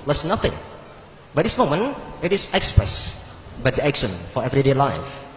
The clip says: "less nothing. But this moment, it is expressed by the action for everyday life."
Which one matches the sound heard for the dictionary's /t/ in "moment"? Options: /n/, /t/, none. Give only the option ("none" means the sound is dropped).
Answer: none